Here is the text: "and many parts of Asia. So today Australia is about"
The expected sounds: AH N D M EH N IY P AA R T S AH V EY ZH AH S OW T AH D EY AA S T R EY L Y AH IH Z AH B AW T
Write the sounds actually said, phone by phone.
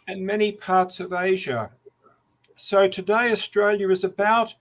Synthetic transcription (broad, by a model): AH N M EH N IY P AA R T S AH V EY ZH AH S OW T AH D EY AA S T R EY L Y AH IH Z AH B AW T